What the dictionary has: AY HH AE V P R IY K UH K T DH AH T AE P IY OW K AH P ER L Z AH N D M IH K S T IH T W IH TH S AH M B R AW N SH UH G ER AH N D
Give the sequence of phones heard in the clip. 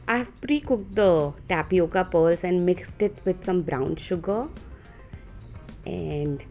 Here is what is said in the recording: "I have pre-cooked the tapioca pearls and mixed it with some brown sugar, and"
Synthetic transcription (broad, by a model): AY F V P R IY K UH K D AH T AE P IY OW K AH P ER L S AH N D M IH K S T IH T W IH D S AH M B R AW N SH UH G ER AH N D